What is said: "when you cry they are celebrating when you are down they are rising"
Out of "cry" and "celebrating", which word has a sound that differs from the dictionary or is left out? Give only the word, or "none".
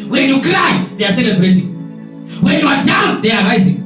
cry